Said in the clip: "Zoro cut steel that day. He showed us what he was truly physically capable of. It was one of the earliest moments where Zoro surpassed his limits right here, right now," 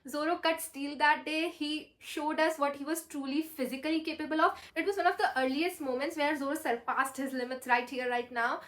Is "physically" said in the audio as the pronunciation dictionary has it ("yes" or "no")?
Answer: yes